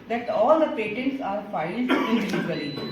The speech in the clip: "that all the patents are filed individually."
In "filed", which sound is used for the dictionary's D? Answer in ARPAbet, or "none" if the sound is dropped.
none